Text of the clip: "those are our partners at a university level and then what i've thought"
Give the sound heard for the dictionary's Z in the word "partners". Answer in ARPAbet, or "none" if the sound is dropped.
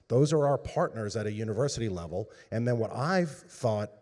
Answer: Z